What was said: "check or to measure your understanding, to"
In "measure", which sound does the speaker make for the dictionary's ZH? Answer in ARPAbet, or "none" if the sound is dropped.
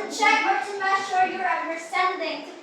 SH